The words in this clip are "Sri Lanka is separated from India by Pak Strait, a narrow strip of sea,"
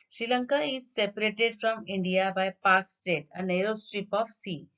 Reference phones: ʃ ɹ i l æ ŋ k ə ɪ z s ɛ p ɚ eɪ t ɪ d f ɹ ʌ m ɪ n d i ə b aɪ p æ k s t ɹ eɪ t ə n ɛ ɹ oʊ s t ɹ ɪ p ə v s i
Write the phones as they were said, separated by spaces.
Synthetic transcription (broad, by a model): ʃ ɹ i l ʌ ŋ k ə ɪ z s ɛ p ɚ eɪ t ɪ d f ɹ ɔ m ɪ n d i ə b aɪ p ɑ k s t eɪ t ə n ɛ ɹ oʊ s t ɹ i p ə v s i